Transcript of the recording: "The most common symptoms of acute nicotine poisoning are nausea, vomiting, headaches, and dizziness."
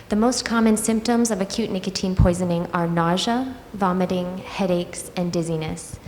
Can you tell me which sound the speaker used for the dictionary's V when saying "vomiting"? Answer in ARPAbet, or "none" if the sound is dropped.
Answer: V